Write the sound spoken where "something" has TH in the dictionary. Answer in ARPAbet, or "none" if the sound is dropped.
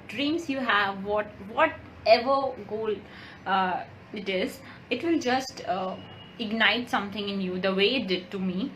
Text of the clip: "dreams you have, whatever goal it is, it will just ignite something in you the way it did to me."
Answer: T